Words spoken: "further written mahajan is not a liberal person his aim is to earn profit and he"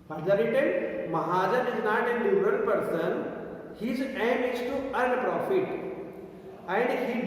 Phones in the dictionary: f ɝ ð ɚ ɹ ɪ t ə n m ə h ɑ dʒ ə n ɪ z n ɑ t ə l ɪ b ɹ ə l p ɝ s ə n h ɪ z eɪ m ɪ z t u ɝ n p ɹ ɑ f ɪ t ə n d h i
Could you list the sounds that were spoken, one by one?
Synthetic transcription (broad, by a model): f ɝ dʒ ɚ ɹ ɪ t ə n m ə h ɑ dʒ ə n ɪ z n ɑ t ə n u ɹ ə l p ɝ s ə n h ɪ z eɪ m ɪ s t u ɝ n p ɹ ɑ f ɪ t ə n d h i